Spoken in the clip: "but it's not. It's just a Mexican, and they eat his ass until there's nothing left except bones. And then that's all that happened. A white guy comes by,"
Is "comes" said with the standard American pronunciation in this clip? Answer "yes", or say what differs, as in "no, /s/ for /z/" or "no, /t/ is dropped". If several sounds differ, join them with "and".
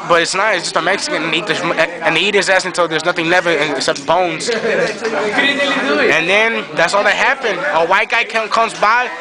yes